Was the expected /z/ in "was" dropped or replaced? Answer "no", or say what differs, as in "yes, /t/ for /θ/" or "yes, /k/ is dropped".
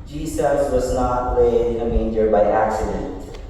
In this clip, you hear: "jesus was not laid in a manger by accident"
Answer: no